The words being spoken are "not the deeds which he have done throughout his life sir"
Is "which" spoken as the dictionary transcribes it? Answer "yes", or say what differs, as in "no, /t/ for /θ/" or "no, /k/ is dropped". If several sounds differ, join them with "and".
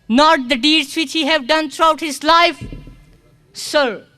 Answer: yes